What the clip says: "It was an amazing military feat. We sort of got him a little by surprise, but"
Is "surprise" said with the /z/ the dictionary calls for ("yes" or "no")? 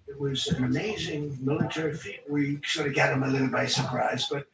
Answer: yes